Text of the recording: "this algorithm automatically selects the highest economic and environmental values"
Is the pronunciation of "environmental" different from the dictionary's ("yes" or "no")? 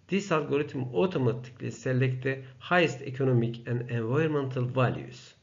yes